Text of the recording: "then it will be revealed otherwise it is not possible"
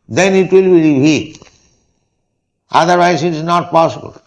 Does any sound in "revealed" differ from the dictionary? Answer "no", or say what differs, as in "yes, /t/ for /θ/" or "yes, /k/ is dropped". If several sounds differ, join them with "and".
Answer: yes, /l/ is dropped